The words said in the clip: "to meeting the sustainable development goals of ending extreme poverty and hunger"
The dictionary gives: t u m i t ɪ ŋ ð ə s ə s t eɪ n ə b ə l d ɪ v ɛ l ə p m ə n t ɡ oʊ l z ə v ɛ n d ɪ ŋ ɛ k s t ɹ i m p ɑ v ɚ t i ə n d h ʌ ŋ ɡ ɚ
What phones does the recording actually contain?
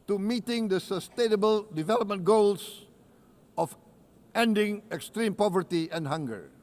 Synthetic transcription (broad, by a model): t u m i t ɪ ŋ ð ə s ə s t eɪ n ə b ə l d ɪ v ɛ l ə p m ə n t ɡ oʊ l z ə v ɛ n d ɪ ŋ ɛ k s t ɹ i m p ɑ v ɚ t i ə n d h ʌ ŋ ɡ ɚ